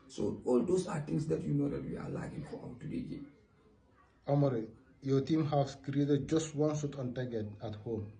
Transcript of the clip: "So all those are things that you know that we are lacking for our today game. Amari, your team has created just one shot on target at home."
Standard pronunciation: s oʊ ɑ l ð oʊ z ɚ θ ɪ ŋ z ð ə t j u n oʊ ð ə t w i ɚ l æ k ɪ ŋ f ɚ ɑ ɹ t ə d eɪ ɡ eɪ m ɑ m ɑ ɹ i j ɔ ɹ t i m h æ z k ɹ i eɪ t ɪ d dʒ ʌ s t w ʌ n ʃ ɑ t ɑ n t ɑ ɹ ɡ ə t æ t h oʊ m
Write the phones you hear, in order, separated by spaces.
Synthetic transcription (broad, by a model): s oʊ ɑ l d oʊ s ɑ t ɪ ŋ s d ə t j u n oʊ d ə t w i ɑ l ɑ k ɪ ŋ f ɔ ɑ w t ə d eɪ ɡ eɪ ɑ m ɑ ɹ i j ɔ t i m h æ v k ɹ i eɪ t ɪ d dʒ ʌ s t w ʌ n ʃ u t ɑ n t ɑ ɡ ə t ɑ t h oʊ m